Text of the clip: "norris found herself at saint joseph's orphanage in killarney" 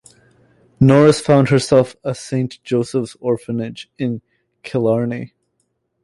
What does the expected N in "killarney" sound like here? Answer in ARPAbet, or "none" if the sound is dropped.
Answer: N